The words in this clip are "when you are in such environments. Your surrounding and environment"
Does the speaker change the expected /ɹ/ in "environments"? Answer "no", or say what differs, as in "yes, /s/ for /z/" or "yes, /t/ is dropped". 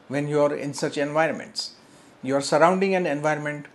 no